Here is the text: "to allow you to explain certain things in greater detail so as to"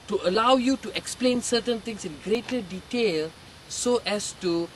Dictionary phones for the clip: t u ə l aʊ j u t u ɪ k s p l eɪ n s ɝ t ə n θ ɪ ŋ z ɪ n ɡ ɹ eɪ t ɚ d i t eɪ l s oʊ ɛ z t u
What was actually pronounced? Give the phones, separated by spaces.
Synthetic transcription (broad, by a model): t u ə l aʊ j u t u ɪ k s p l eɪ n s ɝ t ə n t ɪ ŋ s ɪ n ɡ ɹ eɪ t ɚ d i t eɪ l s oʊ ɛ s t u